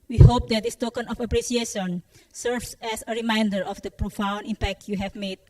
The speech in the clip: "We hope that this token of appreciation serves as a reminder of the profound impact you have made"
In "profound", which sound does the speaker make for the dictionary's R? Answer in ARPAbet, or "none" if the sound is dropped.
R